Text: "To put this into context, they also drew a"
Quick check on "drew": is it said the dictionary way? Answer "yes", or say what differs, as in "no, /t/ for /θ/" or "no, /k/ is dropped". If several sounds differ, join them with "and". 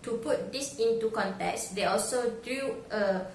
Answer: no, /ɹ/ is dropped